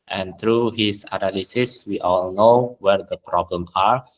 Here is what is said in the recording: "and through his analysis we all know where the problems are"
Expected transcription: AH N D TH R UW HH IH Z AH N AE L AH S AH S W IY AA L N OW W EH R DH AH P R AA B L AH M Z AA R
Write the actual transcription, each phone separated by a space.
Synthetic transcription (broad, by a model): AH N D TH R UW HH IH S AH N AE L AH S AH S W IY AA L N OW W EH R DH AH P R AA B L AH M AA R